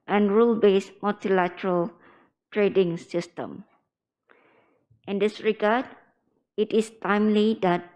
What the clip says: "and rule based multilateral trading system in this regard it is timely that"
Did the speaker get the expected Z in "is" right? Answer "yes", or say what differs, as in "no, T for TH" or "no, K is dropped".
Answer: no, S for Z